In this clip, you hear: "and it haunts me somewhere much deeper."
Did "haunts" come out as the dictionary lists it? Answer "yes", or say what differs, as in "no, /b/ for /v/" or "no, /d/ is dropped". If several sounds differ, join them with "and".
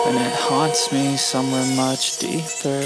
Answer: no, /n/ is dropped